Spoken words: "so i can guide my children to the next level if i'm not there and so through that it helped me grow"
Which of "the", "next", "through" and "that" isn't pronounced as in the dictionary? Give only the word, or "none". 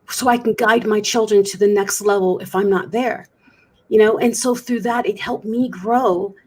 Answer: none